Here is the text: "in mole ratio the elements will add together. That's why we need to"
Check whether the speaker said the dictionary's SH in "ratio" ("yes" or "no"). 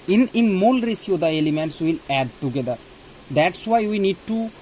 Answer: no